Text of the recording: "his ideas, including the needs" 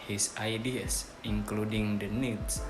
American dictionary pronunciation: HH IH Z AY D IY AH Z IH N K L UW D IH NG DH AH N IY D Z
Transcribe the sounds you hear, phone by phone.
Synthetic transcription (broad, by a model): HH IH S AY D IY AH S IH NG K L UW D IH NG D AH N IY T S